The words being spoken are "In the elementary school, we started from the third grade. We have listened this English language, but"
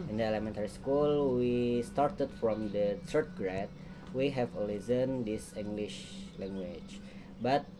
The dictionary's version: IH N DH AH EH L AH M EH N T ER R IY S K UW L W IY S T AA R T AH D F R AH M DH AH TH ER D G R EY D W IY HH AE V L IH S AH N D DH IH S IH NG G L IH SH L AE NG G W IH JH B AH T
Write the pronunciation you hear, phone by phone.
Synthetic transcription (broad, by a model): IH N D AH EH L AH M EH N T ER R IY S K UW L W IY S T AA R T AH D F R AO M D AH T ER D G R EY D W IY HH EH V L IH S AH N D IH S IH NG G L IH SH L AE NG G W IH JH B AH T